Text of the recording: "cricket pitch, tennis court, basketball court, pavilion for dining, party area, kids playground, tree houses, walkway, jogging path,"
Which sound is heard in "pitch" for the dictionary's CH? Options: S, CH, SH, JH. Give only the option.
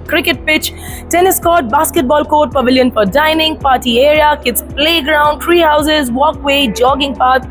CH